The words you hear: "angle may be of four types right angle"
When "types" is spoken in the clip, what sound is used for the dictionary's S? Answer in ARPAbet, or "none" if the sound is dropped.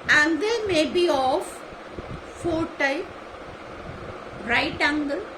none